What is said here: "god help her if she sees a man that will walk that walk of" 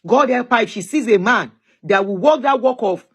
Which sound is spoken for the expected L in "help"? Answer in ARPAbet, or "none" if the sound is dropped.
none